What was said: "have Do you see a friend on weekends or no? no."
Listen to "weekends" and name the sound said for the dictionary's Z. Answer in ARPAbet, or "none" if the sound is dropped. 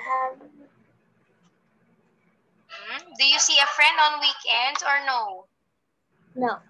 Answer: none